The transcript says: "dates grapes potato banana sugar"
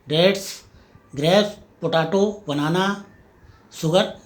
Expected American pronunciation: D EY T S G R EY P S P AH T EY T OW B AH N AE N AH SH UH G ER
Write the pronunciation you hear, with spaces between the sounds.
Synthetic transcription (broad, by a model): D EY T S G R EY S P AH T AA T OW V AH N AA N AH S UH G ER